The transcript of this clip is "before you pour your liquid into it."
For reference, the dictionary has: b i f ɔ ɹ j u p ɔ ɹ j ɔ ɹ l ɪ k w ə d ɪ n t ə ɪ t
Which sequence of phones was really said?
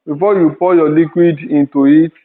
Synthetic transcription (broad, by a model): b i f ɔ j u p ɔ j ɔ l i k w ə d ɪ n t ə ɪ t